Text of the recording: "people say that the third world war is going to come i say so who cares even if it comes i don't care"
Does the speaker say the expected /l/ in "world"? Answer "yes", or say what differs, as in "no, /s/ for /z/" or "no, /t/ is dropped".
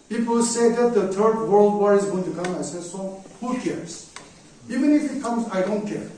yes